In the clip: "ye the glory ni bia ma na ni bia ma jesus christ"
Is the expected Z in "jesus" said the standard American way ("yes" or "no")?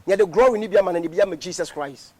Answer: no